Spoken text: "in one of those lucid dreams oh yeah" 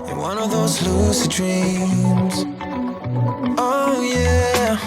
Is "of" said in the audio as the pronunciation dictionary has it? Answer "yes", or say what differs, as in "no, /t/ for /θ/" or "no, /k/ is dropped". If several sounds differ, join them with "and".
yes